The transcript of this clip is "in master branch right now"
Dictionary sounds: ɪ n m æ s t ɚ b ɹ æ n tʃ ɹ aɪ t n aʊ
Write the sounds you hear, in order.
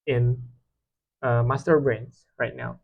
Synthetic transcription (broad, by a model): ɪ n m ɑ s t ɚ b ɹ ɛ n s ɹ aɪ t n aʊ